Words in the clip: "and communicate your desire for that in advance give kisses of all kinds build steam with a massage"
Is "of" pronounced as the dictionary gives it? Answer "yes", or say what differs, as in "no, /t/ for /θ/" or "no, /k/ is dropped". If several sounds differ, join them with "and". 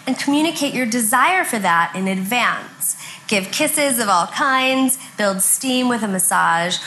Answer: yes